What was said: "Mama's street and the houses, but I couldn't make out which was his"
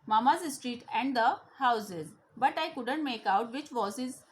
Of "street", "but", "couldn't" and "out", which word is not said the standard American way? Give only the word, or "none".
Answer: none